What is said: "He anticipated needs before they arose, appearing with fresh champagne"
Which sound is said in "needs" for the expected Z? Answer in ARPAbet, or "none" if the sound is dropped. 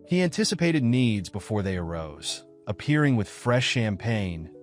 Z